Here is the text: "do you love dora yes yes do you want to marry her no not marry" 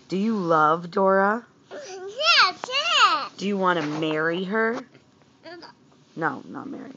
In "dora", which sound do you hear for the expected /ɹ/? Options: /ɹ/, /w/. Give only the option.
/ɹ/